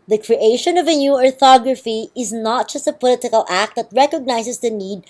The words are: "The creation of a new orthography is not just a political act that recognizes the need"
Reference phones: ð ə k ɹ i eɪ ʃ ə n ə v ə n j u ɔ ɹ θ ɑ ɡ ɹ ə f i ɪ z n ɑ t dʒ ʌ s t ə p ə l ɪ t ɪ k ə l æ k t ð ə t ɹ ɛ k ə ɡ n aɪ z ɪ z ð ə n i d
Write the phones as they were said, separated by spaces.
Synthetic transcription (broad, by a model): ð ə k ɹ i eɪ ʃ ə n ə v ə n j u ɔ ɹ θ ɑ ɡ ɹ ə f i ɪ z n ɑ t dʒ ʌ s t ə p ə l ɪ t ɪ k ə l æ k t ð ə t ɹ ɛ k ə ɡ n aɪ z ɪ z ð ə n i d